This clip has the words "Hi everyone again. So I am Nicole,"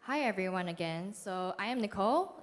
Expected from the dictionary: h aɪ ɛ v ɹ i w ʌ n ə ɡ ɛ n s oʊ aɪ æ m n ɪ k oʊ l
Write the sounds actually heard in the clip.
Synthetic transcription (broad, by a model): h aɪ ɛ v ɹ i w ʌ n ə ɡ ɛ n s oʊ aɪ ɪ m n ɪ k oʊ l